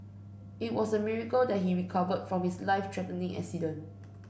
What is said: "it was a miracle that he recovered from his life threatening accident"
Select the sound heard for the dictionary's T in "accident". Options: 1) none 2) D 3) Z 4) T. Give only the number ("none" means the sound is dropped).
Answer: 1